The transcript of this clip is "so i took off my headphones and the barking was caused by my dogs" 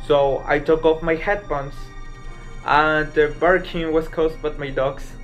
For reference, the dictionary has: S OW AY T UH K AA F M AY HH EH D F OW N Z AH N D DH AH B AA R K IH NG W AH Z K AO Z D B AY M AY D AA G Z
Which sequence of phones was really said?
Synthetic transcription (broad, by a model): S OW AY T UH K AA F M AY HH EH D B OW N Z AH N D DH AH B AA R K IH NG W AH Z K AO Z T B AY M AY D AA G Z